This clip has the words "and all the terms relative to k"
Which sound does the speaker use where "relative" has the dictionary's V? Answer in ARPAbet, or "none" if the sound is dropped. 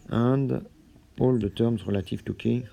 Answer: F